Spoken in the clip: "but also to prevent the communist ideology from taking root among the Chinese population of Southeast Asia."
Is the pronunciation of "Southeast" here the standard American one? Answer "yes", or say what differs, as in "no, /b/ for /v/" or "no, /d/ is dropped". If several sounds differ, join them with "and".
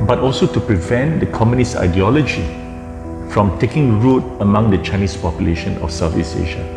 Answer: no, /t/ is dropped